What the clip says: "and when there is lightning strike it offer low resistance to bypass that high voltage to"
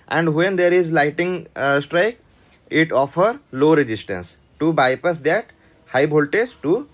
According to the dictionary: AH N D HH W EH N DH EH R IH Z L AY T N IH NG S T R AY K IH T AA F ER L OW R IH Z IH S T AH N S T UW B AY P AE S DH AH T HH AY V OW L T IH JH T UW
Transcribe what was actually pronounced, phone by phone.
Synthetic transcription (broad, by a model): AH N D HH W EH N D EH R IH Z L AY T IH NG S T R AY K IH T AA F ER L OW R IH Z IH S T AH N S T UW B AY P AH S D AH T HH AY B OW L T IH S T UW